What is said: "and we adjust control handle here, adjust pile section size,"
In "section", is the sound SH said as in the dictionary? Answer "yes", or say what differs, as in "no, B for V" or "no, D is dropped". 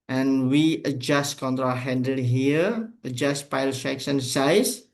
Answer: no, S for SH